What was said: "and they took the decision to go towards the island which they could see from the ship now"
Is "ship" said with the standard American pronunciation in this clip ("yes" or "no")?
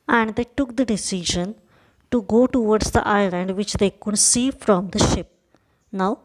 yes